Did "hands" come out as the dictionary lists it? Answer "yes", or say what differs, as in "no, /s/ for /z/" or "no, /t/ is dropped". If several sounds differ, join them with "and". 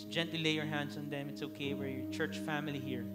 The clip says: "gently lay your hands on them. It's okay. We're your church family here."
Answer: no, /s/ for /z/